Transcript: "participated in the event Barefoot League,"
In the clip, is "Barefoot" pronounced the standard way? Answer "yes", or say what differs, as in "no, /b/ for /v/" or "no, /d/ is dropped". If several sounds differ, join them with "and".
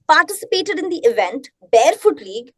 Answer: yes